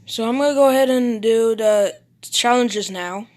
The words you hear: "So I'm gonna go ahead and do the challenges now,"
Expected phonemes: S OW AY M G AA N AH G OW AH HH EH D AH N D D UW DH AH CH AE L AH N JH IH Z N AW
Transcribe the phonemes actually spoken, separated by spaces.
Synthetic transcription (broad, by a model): S OW AY M G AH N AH G OW AH HH EH D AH N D D UW DH AH CH AE L AH N JH IH Z N AW